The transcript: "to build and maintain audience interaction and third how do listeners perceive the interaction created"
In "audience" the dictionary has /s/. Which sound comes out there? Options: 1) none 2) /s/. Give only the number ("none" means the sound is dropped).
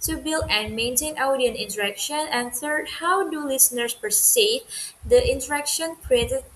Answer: 1